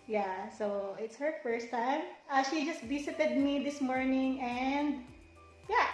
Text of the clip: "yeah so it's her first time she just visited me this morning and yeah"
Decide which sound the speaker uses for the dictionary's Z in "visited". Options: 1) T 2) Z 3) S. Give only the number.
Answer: 3